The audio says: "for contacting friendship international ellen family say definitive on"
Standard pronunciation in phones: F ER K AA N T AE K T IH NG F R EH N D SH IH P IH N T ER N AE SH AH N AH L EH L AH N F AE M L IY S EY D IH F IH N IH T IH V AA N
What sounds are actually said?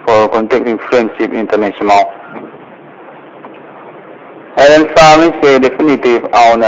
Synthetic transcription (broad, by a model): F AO K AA N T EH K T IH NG F R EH N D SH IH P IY N T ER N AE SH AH N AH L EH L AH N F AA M IY S EY D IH F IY N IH T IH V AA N